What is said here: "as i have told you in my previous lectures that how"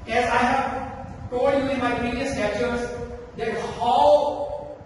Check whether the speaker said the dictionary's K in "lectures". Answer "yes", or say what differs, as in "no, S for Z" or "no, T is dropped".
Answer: no, K is dropped